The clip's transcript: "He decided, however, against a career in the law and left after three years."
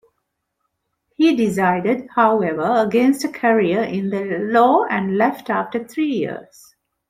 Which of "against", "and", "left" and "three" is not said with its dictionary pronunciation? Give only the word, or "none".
three